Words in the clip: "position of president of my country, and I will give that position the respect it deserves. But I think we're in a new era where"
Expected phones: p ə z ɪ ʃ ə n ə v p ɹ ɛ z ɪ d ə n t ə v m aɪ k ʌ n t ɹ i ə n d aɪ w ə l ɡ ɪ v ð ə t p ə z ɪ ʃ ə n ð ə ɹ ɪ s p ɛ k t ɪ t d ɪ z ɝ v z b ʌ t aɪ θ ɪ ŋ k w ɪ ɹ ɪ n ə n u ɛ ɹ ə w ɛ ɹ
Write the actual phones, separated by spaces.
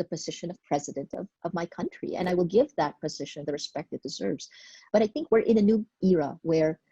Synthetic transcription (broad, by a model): p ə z ɪ ʃ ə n ə v p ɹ ɛ z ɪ d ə n t ə v m aɪ k ʌ n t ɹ i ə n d aɪ w ə l ɡ ɪ v ð ə t p ə z ɪ ʃ ə n ð ə ɹ ɪ s p ɛ k t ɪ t d ɪ z ɝ v z b ʌ t aɪ θ ɪ ŋ k w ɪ ɹ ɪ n ə n u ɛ ɹ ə w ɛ ɹ